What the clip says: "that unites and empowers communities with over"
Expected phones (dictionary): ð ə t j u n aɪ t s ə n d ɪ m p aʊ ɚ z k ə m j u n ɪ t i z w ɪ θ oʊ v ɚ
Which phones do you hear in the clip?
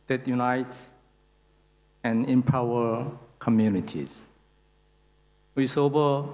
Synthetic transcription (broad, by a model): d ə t j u n aɪ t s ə n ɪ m p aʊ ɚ k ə m j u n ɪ t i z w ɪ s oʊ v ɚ